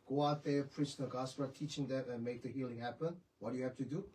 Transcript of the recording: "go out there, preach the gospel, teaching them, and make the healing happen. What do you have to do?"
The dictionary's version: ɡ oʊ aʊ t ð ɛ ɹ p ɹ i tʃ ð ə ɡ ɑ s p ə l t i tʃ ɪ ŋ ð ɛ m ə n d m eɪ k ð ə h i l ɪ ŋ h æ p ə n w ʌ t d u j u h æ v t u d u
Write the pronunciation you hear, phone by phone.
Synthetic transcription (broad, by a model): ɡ oʊ aʊ t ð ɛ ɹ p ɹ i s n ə ɡ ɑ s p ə t i tʃ ɪ ŋ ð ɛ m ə n m eɪ k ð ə h i l ɪ ŋ h æ p ə n w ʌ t d u j u h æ f t u d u